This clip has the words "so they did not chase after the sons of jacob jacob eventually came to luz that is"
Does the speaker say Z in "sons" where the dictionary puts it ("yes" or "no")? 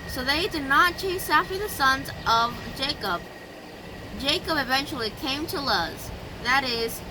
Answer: yes